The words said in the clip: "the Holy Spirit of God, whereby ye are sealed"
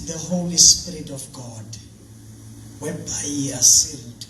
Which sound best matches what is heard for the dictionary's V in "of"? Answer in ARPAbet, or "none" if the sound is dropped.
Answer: F